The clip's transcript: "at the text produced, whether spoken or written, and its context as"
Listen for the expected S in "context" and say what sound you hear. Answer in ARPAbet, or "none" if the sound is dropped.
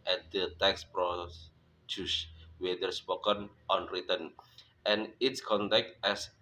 none